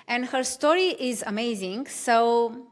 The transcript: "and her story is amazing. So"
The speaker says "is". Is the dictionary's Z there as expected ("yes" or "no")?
yes